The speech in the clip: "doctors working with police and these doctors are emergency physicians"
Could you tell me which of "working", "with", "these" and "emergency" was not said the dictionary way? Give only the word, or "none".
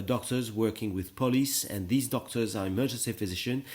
none